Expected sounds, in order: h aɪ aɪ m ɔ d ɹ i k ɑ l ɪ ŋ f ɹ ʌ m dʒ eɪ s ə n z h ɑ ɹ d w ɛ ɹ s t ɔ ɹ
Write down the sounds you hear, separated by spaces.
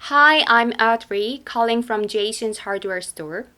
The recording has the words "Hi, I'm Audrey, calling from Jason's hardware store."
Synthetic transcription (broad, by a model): h aɪ aɪ m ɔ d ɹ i k ɑ l ɪ ŋ f ɹ ʌ m dʒ eɪ ʃ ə n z h ɑ ɹ d w ɛ ɹ s t ɔ ɹ